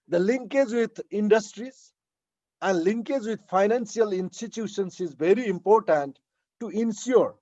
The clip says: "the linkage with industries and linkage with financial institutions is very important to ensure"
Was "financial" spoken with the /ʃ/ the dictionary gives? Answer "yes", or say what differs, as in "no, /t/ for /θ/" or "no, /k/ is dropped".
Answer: no, /s/ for /ʃ/